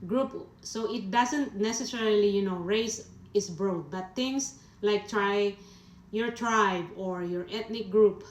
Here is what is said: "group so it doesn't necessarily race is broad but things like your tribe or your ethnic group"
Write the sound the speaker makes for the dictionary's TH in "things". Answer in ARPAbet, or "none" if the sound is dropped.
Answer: T